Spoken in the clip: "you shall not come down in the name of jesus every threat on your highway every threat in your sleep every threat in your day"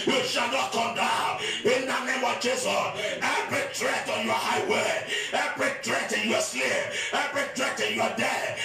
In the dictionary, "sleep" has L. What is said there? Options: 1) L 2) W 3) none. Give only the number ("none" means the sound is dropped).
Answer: 3